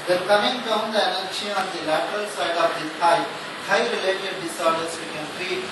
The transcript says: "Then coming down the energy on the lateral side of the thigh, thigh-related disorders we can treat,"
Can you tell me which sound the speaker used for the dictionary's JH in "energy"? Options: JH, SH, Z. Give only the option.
SH